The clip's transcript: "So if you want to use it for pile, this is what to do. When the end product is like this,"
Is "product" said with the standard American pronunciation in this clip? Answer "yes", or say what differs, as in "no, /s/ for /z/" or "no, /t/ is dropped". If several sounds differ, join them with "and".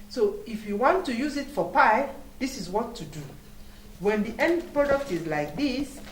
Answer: yes